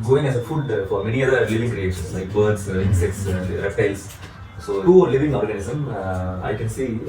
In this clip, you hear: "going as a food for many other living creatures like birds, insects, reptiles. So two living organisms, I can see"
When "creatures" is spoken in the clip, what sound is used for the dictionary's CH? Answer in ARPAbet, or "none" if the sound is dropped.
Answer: SH